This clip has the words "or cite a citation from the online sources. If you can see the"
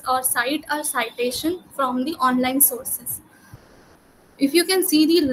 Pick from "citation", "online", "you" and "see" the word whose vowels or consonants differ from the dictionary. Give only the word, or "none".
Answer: none